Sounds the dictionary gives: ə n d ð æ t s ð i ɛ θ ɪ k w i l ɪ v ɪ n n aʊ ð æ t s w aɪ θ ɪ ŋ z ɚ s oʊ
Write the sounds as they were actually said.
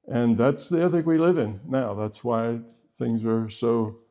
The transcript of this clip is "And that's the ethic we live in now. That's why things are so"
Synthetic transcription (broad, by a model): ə n ð æ t s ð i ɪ θ ɪ k w i l ɪ v ɪ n n aʊ ð æ t s w aɪ θ ɪ ŋ z ɚ s oʊ